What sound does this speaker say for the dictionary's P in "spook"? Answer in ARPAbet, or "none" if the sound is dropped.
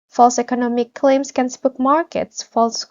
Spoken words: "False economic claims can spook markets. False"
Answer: B